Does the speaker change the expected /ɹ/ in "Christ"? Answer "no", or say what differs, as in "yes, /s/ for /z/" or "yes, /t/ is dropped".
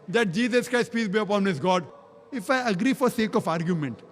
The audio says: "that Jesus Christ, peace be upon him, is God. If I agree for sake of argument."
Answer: no